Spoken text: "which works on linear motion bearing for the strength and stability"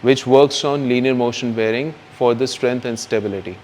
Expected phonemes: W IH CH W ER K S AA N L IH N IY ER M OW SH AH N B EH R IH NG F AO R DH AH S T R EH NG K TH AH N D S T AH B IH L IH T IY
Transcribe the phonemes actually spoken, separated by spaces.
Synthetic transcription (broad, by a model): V IH CH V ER K S AA N L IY N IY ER M OW SH AH N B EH R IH NG F AO R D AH S T R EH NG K T AH N D S T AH B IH L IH T IY